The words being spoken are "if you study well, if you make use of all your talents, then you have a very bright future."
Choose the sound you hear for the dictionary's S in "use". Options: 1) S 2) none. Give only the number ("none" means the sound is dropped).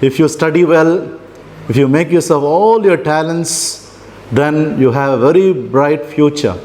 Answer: 1